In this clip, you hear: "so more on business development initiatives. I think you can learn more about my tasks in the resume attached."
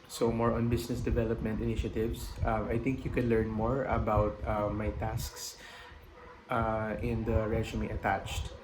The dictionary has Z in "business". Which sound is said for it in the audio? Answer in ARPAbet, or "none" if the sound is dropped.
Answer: S